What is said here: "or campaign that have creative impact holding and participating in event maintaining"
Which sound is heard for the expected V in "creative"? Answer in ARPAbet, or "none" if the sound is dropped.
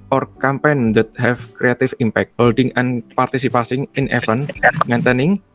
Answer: F